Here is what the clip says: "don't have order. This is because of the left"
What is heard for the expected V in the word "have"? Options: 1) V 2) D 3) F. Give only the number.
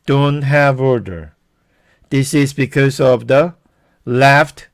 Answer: 1